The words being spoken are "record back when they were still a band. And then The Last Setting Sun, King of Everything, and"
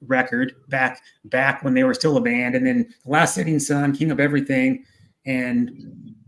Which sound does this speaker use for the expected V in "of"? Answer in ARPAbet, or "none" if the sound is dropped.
P